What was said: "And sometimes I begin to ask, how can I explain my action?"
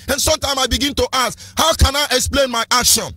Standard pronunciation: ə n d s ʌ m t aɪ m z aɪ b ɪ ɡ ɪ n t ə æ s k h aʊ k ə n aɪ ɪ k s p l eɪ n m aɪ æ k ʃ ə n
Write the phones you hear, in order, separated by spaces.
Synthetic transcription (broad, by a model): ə n s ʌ m t aɪ m s aɪ b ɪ ɡ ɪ n t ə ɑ s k h aʊ k ə n aɪ ɪ k s p l eɪ n m aɪ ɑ k ʃ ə n